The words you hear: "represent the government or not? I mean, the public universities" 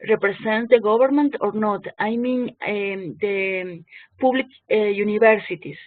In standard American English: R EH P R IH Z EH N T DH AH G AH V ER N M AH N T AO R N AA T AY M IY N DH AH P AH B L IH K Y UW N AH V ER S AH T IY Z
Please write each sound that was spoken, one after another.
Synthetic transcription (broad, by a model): R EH P R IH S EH N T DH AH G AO B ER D M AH N T AO R N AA T AY M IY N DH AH P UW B L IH K Y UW N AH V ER S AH T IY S